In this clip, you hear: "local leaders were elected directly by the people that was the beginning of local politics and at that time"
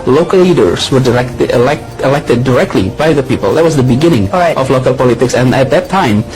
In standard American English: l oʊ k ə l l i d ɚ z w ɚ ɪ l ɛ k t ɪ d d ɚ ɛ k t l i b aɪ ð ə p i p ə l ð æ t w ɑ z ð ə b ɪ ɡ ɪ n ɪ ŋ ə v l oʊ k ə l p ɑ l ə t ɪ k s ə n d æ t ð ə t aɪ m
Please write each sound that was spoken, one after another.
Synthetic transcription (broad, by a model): l oʊ k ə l l i d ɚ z w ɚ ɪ l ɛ k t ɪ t d ɚ ɛ k t l i b aɪ ð ə p i p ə l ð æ t w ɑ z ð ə b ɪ ɡ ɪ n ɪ ŋ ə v l oʊ k ə l p ɑ l ə t ɪ k s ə n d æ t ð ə t aɪ m